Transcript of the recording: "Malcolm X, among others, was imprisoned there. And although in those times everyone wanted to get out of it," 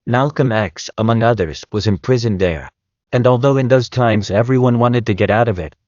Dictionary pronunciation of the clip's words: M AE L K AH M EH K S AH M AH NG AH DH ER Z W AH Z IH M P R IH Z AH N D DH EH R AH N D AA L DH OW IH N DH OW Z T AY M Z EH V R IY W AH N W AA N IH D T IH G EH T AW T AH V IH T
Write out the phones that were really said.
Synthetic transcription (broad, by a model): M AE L K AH M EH K S AH M AH NG AH DH ER Z W AH Z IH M P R IH Z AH N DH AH R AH N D AA L DH OW IH N DH OW Z T AY M Z EH V R IY W AH N W AA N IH D T IH G EH T AW T AH V IH T